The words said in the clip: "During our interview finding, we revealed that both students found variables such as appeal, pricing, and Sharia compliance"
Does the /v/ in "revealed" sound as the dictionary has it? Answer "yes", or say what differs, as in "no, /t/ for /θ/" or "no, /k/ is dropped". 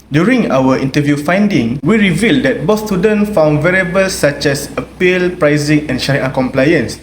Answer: yes